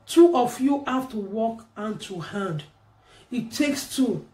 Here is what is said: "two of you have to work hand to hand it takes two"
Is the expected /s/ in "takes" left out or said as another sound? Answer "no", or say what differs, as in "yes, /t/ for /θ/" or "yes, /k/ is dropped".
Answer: no